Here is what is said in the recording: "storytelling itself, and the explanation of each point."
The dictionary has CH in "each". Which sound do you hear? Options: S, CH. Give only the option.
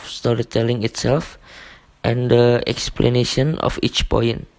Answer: CH